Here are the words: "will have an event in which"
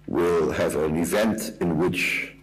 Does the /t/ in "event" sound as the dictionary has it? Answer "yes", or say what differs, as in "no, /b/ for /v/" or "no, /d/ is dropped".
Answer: yes